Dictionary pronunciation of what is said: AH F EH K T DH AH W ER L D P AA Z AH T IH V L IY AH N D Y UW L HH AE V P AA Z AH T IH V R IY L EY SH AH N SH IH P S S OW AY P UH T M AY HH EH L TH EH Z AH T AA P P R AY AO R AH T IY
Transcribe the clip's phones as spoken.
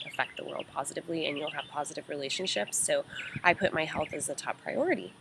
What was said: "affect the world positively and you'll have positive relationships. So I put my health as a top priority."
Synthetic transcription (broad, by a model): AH F EH K T DH AH W ER L D P AA Z AH T IH V L IY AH N Y UW L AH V P AA Z AH T IH V R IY L EY SH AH N SH IH P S S OW AY P UH T M AY HH EH L TH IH Z AH T AA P P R AY AO R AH T IY